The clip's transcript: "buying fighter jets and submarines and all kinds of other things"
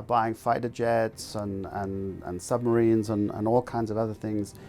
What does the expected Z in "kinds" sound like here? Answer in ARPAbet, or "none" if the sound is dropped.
Z